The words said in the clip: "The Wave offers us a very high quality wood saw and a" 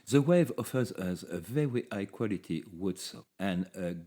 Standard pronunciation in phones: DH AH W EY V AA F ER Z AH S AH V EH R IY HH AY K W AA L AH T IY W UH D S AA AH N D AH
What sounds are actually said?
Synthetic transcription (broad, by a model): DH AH W EY V AA F ER Z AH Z AH V EH R IY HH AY K W AA L AH T IY W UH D S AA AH N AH